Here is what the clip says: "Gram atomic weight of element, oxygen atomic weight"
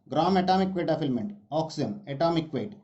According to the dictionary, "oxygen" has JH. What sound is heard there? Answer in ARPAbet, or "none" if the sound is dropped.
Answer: none